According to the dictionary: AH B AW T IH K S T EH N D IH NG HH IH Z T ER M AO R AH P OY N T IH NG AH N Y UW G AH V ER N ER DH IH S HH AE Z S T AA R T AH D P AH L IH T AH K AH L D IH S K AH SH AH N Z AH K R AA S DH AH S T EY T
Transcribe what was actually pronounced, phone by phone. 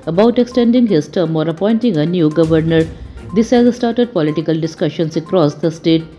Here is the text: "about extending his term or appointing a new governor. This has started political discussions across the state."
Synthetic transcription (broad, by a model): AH B AW T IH K S T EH N D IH NG HH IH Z T ER M AO R AH P OY N T IH NG AH N Y UW G AH V ER N ER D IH S HH AE Z S T AA R T AH D P AH L IH T AH K AH L D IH S K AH SH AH N S AH K R AA S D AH S T EY T